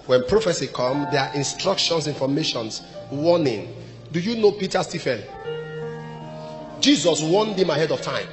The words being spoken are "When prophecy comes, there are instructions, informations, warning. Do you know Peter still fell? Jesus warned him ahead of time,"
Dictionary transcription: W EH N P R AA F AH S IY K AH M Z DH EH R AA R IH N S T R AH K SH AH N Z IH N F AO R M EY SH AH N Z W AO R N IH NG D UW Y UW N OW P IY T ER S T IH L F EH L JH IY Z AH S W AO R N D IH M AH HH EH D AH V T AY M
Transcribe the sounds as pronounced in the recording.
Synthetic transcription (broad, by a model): W EH N P R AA F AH S IY K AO M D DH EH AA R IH N S T R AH K SH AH N S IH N F AO M EY SH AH N S W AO N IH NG D UW Y UW N OW P IY T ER S T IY F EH N JH IY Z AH S W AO N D IH M AH HH EH D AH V T AY M